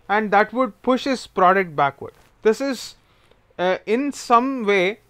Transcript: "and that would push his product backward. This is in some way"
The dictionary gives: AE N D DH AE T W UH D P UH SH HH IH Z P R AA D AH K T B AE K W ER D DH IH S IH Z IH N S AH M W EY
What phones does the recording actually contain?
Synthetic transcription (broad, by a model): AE N D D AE T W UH D P UH SH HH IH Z P R AA D AH K T B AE K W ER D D IH S IH Z IH N S AH M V EY